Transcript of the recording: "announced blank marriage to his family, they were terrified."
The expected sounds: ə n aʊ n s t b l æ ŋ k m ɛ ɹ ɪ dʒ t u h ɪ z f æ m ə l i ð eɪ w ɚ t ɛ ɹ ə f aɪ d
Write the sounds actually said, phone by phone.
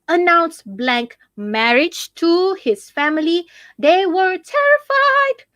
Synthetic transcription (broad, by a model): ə n aʊ n s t b l æ ŋ k m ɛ ɹ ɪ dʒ t u h ɪ z f æ m ə l i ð eɪ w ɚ t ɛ ɹ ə f aɪ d